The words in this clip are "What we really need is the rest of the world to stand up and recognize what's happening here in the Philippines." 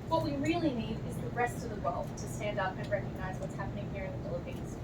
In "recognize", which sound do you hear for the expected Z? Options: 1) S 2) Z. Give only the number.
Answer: 2